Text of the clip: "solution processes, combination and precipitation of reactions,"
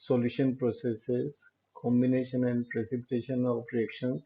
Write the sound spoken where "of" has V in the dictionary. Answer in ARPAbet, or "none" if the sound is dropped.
P